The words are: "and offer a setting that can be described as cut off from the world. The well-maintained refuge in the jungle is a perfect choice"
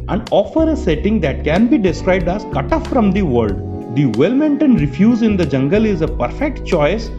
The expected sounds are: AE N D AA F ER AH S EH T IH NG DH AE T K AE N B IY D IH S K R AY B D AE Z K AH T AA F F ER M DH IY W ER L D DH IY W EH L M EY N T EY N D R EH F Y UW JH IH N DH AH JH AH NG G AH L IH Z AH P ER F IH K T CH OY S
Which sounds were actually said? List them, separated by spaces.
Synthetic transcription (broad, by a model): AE N D AA F ER AH S EH T IH NG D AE T K AE N B IY D IH S K R AY B D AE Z K AH T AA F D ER M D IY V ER L D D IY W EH L M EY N T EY N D R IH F Y UW Z IH N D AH JH AH NG G AH L IH Z AH P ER F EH K T CH OY S